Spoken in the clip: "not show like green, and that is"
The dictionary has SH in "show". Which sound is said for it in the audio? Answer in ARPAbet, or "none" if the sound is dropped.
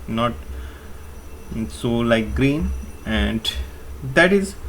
S